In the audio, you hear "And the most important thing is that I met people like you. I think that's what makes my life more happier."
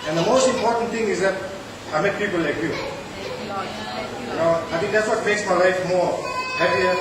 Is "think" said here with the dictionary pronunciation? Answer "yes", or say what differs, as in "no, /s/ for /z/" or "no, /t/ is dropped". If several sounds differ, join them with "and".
no, /t/ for /θ/